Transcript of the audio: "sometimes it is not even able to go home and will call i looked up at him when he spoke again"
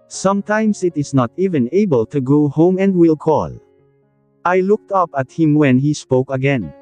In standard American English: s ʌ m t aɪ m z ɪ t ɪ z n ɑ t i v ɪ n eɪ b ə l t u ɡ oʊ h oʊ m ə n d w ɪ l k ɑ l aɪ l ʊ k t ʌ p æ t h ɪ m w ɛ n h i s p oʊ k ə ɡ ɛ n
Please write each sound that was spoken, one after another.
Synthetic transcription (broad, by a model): s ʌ m t aɪ m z ɪ t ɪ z n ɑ t i v ɪ n eɪ b ə l t u ɡ oʊ h oʊ m ə n d w ɪ l k ɑ l aɪ l ʊ k t ʌ p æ t h ɪ m w ɛ n h i s p oʊ k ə ɡ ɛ n